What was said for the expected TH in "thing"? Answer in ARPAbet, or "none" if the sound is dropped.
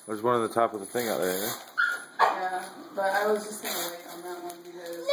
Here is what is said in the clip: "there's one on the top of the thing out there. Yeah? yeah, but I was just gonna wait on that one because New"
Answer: TH